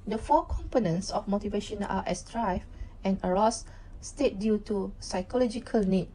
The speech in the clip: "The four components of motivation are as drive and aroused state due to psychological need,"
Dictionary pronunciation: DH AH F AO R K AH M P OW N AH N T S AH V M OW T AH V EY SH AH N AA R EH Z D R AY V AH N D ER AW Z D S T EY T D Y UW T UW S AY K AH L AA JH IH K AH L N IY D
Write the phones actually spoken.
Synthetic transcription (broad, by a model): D AH F AO K AH M P OW N AH N T S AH F M OW T AH V EY SH AH N AA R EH S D R AY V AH N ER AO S S T EY T D Y UW T UW S AY K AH L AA JH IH K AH L N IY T